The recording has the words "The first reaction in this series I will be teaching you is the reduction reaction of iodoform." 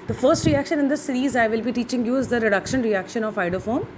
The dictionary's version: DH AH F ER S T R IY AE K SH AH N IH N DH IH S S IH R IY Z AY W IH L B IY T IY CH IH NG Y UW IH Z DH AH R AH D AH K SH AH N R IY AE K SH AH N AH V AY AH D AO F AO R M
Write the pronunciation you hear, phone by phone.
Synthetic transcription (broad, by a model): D AH F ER S T R IY AE K SH AH N IH N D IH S S IH R IY Z AY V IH L B IY T IY CH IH NG Y UW IH Z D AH R AH D AH K SH AH N R IY AE K SH AH N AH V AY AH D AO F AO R M